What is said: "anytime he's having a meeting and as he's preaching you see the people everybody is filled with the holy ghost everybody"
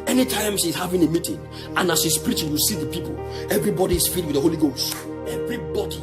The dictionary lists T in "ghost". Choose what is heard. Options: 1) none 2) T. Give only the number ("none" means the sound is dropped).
2